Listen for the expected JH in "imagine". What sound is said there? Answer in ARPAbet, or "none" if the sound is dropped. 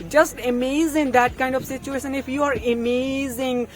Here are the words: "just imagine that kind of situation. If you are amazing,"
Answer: Z